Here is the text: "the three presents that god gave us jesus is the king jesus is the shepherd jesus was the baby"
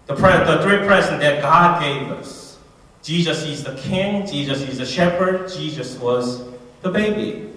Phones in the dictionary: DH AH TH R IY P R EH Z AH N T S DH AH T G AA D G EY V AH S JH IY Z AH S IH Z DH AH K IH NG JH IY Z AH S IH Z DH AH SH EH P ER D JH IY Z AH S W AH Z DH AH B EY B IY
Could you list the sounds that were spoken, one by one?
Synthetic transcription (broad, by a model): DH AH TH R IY P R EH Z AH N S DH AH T G AA D G EY V AH S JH IY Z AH S IH Z DH AH K IH NG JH IY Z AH S IH Z DH AH SH EH P ER D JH IY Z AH S W AH Z DH AH B EY B IY